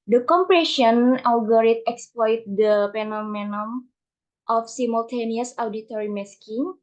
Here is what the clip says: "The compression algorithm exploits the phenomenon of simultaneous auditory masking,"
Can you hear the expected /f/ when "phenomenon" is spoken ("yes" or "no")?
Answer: no